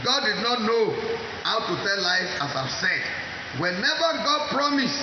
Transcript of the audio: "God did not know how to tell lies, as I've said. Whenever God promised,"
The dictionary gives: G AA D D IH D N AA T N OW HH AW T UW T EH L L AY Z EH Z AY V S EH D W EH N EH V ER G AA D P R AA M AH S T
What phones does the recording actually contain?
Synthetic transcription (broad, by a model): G AA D D IH D N AA T N OW HH AW T UW T EH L L AY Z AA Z AY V S EH D W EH N EH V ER G AA D P R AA M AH S